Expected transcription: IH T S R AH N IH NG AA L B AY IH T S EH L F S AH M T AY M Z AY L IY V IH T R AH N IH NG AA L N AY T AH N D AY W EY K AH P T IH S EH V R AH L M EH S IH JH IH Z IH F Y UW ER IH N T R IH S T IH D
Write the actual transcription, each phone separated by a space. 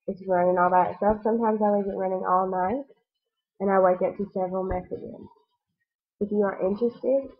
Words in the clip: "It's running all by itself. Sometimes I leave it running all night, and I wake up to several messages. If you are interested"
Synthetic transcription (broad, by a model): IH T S R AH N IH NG AA L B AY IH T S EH F S AH M T AY M Z AY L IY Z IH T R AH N IH NG AA L N AY T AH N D AY W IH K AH T IH S EH V R L M EH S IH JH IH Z IH F Y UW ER IH N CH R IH S T IH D